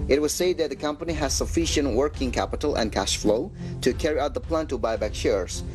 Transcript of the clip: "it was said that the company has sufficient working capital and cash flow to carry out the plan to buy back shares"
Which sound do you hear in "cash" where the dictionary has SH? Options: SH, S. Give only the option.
SH